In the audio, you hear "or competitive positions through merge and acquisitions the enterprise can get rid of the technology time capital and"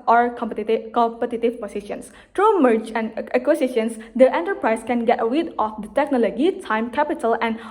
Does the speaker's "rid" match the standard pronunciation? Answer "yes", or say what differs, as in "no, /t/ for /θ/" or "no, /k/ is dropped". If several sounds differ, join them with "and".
no, /w/ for /ɹ/